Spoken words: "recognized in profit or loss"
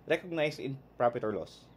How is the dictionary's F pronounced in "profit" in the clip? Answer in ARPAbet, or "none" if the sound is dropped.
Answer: P